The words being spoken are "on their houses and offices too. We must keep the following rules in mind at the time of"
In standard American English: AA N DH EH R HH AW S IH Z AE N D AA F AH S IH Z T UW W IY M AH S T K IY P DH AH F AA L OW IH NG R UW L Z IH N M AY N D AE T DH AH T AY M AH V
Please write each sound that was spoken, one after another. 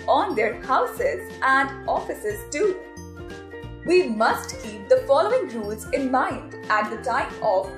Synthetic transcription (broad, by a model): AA N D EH R HH AW S IH Z AE N D AA F AH S IH Z T UW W IY M AH S T K IY P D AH F AA L OW IH NG R UW L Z IH N M AY N D AE T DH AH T AY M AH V